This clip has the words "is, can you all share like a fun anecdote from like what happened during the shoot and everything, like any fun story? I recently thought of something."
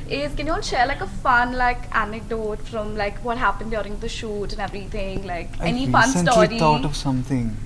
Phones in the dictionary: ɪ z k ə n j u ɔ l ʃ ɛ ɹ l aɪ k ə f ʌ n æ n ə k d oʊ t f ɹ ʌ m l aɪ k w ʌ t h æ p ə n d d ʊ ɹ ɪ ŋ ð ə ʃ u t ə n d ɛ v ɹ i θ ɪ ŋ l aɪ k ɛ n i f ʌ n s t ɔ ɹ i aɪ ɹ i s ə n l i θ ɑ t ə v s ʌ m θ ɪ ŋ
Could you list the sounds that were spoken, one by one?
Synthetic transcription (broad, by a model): ɪ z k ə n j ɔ n ʃ ɛ ɹ l aɪ k ə f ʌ n æ n ə k d oʊ t f ɹ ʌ m l aɪ k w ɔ t h æ p ə n d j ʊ ɹ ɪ ŋ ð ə ʃ u t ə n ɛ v ɹ i t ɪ ŋ l aɪ k ɛ n i f ʌ n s s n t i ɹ i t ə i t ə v s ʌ m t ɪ ŋ